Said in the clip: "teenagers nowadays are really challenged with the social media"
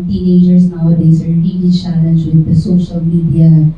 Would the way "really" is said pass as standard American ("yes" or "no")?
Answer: no